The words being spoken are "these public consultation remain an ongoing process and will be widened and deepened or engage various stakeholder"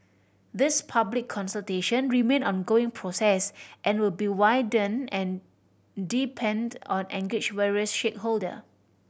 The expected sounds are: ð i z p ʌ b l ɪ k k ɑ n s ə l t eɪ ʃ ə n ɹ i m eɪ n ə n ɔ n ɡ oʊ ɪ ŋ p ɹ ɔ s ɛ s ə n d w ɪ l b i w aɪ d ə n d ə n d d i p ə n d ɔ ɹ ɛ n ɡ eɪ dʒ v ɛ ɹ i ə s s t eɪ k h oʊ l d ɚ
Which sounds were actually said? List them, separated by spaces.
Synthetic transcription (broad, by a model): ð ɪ s p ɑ b l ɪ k k ɑ n s ə l t eɪ ʃ ə n ɹ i m eɪ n n ɔ n ɡ oʊ ɪ ŋ p ɹ ɔ s ɛ s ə n w ɪ l b i w aɪ d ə n ə n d d i p ə n d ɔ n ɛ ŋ ɡ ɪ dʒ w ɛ ɹ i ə s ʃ eɪ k h oʊ l d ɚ